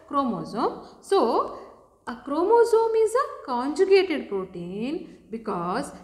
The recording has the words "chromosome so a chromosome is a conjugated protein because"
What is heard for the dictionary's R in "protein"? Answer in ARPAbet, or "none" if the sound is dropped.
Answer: R